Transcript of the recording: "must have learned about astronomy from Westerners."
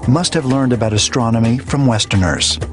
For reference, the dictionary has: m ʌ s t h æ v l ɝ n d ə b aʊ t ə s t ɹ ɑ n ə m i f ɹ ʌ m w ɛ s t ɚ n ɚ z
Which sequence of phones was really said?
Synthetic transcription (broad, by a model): m ʌ s t h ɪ v l ɝ n d ə b aʊ t ə s t ɹ ɑ n ə m i f ɹ ʌ m w ɛ s t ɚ n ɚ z